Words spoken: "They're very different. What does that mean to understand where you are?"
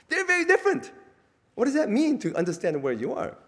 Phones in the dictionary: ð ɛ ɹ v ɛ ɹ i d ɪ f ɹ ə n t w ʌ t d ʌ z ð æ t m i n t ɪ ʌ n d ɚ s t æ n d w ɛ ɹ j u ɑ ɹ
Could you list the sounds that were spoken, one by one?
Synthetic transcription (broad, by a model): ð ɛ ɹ v ɛ ɹ i d ɪ f ɹ ə n t w ʌ t d ʌ z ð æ t m i n t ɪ ʌ n d ɚ s t æ n d w ɛ ɹ j u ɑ ɹ